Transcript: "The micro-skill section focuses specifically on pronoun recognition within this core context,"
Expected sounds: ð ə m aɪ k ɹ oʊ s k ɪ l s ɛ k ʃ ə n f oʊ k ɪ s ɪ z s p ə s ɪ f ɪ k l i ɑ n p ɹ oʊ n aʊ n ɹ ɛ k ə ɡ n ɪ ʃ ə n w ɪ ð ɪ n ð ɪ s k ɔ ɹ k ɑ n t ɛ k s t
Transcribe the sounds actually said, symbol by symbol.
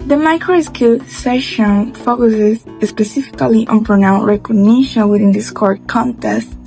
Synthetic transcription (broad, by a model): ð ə m aɪ k ɹ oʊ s k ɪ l s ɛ ʃ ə n f oʊ k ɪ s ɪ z s p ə s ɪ f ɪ k l i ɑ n p ɹ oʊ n aʊ n ɹ ɛ k ə ɡ n ɪ ʃ ə n w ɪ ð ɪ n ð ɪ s k ɔ ɹ k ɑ n t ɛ s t